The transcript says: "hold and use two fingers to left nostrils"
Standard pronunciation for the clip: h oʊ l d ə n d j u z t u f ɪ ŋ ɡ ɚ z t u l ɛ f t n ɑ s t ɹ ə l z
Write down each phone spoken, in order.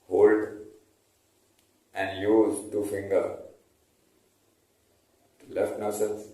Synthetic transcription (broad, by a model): h oʊ l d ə n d j u z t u f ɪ ŋ ɡ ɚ t u l ɛ f t n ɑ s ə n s